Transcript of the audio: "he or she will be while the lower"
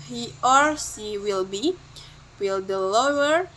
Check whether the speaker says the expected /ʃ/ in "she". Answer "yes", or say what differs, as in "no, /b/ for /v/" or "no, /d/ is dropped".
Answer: no, /s/ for /ʃ/